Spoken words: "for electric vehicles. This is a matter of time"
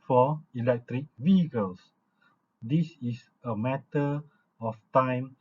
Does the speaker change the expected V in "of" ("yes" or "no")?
yes